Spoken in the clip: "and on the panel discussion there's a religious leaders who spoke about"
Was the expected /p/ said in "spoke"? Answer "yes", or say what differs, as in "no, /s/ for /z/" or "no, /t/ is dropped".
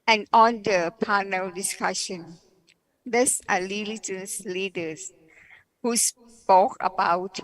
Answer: yes